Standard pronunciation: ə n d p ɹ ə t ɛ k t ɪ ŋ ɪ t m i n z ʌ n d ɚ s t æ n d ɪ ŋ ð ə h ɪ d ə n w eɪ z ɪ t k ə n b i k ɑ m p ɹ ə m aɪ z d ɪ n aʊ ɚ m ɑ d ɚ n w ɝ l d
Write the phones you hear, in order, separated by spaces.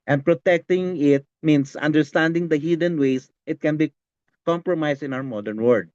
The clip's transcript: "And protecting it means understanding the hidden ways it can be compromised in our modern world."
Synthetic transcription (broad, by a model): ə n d p ɹ ə t ɛ k t ɪ ŋ ɪ t m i n s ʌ n d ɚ s t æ n d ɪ ŋ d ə h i d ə n w eɪ s ɪ t k ə n b i k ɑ m p ɹ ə m aɪ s ɪ n aʊ ɚ m ɑ d ɚ n w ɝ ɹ d